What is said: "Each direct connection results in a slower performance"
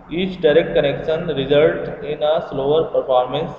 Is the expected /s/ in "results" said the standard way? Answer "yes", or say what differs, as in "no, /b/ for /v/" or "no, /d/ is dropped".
no, /s/ is dropped